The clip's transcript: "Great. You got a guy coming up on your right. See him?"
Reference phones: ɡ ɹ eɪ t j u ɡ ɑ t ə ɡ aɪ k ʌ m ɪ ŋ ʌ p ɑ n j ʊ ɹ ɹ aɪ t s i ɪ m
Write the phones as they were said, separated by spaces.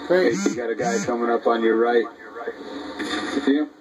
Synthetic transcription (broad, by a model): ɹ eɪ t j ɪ ɡ ɑ t ə ɡ aɪ k ʌ m ɪ ŋ ʌ p n j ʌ ɹ ɹ aɪ t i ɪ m